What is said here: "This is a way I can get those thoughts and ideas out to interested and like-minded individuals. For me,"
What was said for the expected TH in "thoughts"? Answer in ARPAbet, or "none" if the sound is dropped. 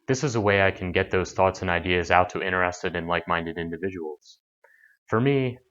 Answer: TH